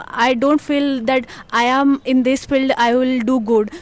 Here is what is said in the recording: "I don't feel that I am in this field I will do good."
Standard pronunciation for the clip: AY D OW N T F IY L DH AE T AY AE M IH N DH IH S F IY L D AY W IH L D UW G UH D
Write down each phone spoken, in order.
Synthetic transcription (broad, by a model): AY D OW N T F IY L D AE T AY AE M IH N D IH S F IY L D AY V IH L D UW G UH D